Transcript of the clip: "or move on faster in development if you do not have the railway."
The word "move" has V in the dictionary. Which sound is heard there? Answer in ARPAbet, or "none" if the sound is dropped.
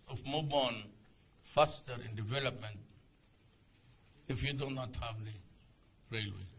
B